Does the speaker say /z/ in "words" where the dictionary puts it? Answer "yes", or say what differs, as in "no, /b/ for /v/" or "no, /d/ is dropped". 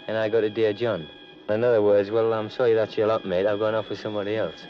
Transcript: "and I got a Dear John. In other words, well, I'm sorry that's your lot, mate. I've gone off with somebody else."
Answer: yes